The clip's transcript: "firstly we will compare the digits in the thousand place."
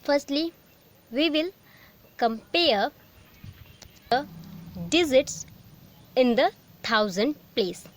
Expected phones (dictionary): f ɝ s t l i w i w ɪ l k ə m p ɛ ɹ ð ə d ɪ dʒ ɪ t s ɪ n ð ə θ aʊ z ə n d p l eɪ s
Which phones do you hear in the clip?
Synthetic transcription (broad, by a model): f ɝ s t l i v i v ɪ l k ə m p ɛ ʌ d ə d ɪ z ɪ t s ɪ n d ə t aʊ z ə n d p l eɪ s